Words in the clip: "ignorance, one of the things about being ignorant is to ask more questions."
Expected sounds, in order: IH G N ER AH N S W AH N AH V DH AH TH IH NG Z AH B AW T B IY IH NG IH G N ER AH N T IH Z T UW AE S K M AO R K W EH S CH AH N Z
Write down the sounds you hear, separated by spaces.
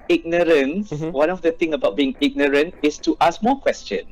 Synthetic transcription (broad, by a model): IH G N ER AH N S W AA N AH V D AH T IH NG AH B AW T B IY IH NG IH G N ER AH N T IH S T UW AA S K M AO K W EH S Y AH N